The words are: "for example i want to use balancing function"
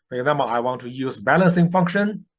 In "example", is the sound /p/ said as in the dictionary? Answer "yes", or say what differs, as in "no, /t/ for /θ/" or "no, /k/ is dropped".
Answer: no, /b/ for /p/